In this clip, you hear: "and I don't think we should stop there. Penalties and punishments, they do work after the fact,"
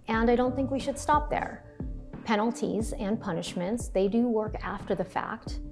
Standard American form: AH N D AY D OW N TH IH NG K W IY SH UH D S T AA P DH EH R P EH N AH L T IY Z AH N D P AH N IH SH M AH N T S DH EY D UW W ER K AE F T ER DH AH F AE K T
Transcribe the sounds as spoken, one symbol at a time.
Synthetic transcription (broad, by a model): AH N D AY D OW N TH IH NG K W IY SH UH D S T AA P DH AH R P EH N L T IY Z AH N P AH N IH SH M AH N T S DH EY D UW W ER K AE F T ER DH AH F AE K T